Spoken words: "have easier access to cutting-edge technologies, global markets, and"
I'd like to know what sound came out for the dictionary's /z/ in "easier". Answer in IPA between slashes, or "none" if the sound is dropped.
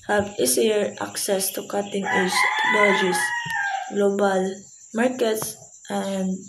/s/